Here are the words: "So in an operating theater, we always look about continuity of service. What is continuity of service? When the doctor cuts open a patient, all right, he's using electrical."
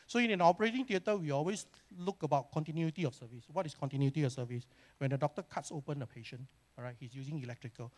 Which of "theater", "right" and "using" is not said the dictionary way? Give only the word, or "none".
theater